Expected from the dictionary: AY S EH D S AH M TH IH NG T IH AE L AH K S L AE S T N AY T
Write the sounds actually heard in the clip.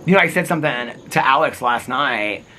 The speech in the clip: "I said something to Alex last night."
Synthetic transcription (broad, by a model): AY S EH D S AH M TH IH NG T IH AE L AH K S L AE S T N AY T